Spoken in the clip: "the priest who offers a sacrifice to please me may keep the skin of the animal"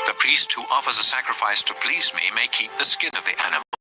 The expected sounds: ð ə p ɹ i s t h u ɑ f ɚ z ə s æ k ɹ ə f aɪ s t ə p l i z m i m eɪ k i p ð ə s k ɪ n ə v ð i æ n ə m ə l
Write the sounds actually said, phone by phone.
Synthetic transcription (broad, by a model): ð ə p ɹ i s t h u ɑ f ɚ z ə s æ k ɹ ə f aɪ s t ə p l i z m i m eɪ k i p ð ə s k ɪ n ə v ð i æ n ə m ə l